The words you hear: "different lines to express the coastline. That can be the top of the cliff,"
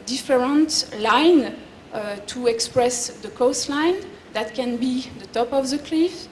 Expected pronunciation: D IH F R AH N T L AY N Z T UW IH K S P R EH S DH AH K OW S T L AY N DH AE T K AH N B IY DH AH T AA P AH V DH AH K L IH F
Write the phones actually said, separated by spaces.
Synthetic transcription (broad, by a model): D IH F R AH N T L AY N T UW IH K S P R EH S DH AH K OW S T L AY N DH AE T K AH N B IY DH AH T AA P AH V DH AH K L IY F